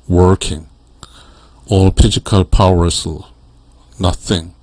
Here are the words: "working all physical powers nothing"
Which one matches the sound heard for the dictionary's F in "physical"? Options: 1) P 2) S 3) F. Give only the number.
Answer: 1